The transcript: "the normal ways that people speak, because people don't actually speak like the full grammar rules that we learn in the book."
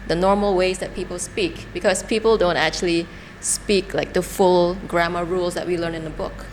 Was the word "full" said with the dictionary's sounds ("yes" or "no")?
yes